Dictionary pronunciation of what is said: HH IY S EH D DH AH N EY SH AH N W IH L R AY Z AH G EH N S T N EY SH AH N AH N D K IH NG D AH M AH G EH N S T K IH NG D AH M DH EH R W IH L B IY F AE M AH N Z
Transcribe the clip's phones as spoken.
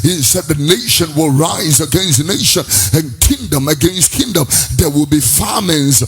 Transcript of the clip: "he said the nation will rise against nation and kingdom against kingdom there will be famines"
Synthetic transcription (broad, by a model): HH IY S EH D DH AH N EY SH AH N W IH L R AY Z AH G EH N S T N EY SH AH N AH N K IH NG D AH M AH G EH N S T K IH NG D AH M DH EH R W IH L B IY F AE M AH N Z